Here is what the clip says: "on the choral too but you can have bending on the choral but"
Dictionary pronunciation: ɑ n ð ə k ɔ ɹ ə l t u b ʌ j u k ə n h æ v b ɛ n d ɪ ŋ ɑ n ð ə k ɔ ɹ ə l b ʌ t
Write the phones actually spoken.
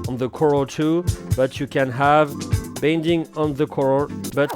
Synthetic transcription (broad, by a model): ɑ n ð ə k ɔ ɹ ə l t u b ʌ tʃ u k ə n h æ v b ɛ n d ɪ ŋ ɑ n ð ə k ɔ ɹ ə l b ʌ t